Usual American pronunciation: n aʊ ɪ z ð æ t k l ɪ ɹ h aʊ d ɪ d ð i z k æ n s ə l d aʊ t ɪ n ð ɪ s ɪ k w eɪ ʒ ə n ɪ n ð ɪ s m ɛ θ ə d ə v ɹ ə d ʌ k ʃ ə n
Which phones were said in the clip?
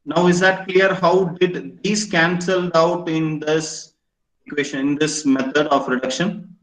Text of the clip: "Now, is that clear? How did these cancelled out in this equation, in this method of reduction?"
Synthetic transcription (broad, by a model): n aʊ ɪ z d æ t k l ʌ ɹ h aʊ d ɪ d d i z k æ n s ə l d aʊ t ɪ n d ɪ s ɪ k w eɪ ʃ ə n ɪ n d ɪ s m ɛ t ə d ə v ɹ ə d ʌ k ʃ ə n